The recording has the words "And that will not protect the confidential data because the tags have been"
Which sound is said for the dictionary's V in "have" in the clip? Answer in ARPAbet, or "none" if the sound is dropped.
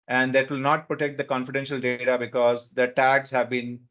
V